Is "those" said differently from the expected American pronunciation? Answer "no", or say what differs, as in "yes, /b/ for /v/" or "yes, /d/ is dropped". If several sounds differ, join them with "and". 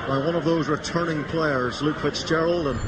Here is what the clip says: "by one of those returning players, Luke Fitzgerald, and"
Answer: no